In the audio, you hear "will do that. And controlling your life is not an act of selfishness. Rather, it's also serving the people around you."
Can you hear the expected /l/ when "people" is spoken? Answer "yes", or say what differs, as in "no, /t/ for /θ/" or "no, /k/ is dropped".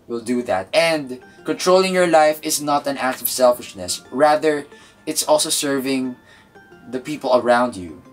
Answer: yes